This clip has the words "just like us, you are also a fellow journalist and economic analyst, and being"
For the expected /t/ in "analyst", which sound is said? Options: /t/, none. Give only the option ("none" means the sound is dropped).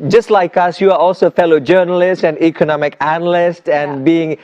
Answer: /t/